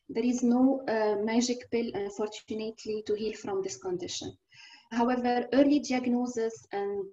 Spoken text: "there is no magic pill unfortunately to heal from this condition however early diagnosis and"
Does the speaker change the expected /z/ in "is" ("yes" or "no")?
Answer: no